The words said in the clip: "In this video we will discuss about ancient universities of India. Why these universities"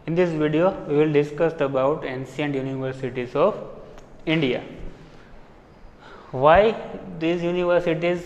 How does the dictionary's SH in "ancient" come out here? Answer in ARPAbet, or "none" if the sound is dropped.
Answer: S